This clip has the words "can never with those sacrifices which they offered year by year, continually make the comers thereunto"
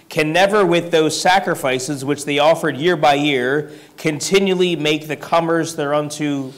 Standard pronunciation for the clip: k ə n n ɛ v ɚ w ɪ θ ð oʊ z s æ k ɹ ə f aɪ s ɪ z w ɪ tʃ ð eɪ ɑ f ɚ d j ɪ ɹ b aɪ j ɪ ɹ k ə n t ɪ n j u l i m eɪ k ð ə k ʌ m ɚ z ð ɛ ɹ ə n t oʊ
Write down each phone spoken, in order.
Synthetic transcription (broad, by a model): k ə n n ɛ v ɚ w ɪ ð oʊ z s æ k ɹ ə f aɪ s ɪ z w ɪ tʃ ð eɪ ɑ f ɚ d j ɪ ɹ b aɪ j ɪ ɹ k ə n t ɪ n j u l i m eɪ k ð ə k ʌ m ɚ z ð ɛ ɹ ə n t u